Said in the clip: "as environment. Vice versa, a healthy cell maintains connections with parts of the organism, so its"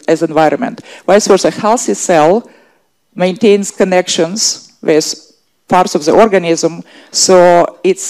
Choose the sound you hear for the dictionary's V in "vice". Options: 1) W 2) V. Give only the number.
1